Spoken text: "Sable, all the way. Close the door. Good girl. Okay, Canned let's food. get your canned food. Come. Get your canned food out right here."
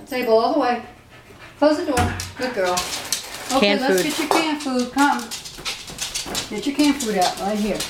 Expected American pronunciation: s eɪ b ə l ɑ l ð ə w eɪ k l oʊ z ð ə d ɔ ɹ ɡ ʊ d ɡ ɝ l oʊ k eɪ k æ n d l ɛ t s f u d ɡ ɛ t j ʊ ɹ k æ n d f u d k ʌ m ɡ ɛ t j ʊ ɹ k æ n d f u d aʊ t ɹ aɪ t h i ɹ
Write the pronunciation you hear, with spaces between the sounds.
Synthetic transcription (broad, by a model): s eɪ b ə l ɑ l ð ə w eɪ k l oʊ z ð ə d ɔ ɹ ɡ ʊ d ɡ ɝ l oʊ ʊ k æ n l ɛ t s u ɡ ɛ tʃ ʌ ɹ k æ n f u d k ʌ m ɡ ɛ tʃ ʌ ɹ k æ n f u d aʊ t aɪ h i ɹ